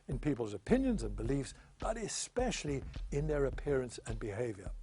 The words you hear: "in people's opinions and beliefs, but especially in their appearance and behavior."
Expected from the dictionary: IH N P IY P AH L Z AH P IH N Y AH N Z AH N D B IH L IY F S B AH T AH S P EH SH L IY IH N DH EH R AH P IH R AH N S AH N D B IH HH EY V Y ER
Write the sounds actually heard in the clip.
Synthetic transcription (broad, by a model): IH N P IY P AH L Z AH P IH N Y AH N Z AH N B IH L IY F S B AH T AH S P EH SH L IY IH N DH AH R AH P IH R AH N S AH N B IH HH EY V Y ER